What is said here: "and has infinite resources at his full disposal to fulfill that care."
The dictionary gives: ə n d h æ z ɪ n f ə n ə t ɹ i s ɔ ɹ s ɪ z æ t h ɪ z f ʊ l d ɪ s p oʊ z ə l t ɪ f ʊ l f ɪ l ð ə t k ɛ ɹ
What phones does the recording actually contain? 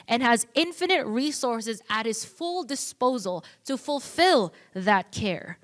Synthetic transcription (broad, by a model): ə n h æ z ɪ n f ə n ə t ɹ i s ɔ ɹ s ɪ z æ t h ɪ z f ʊ l d ɪ s p oʊ z ə l t ɪ f ʊ l f ɪ l ð ə t k ɛ ɹ